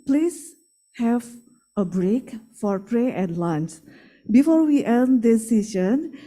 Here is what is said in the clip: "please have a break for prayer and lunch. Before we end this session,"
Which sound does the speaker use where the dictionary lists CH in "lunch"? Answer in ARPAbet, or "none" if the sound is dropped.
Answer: S